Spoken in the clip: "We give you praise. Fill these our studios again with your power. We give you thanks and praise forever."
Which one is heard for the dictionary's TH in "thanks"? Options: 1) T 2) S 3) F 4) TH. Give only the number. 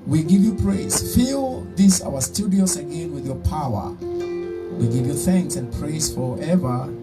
4